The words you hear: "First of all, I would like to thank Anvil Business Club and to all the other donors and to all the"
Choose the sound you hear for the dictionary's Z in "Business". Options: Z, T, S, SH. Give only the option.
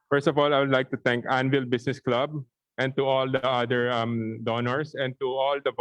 S